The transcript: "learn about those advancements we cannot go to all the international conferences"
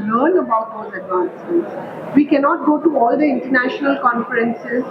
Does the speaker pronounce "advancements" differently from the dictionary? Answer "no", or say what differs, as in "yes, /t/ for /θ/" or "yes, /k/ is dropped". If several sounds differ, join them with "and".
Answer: yes, /m/ is dropped